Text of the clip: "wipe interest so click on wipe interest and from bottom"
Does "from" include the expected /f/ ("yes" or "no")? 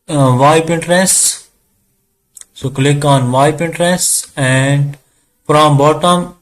no